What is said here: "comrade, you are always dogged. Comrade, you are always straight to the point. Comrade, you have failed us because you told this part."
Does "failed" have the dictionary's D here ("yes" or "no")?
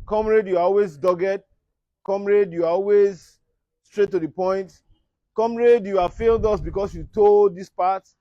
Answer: yes